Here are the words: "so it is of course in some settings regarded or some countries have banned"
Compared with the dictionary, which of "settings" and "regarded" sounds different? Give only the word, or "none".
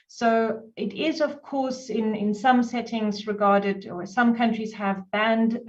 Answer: none